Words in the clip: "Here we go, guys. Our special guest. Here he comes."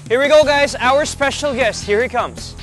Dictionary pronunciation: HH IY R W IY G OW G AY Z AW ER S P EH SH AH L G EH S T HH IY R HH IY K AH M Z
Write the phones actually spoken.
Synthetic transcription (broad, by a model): HH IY R W IY G OW G AY Z AW ER S P EH SH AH L G EH S T HH IY R HH IY K AH M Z